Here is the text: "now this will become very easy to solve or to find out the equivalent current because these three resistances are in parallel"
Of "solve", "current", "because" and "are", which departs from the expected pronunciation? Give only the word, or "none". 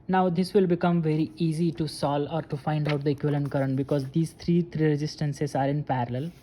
solve